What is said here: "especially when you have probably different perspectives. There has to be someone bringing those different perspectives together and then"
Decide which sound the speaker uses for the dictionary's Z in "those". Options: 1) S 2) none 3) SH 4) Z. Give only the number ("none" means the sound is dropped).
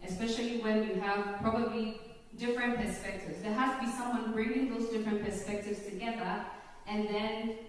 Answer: 4